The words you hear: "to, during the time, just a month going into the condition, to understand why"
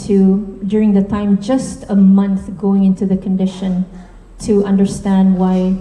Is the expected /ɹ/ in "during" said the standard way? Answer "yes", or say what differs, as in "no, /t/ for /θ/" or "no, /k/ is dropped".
yes